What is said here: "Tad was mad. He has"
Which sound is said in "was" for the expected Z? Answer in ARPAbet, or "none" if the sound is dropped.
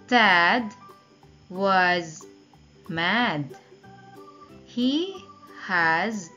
Z